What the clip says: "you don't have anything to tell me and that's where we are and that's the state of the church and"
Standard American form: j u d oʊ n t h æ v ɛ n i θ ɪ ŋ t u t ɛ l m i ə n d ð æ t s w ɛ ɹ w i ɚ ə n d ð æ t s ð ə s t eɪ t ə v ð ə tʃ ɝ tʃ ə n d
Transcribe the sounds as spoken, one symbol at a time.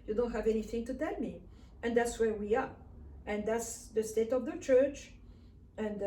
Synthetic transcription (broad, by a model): j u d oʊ n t h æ v ɛ n i θ ɪ ŋ t u t ɛ l m i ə n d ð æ t s w ɛ ɹ w i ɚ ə n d ð æ t s ð ə s t eɪ t ə v ð ə tʃ ɝ tʃ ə n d